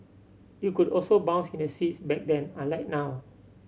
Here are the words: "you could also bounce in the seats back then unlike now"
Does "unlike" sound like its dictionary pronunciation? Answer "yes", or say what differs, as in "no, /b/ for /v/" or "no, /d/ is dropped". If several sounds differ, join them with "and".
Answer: no, /n/ is dropped